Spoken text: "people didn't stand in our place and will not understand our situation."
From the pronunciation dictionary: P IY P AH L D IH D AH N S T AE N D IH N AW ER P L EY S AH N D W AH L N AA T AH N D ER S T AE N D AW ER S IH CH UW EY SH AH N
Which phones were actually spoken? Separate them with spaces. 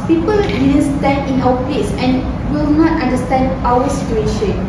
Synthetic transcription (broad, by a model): P IY P AH L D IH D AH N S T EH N IH N AW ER P L EY S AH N W AH L N AA T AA N D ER S T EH N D AW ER S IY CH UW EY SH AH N